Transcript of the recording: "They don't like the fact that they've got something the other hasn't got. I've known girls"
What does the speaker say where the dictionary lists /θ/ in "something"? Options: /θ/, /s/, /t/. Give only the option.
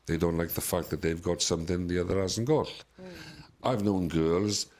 /θ/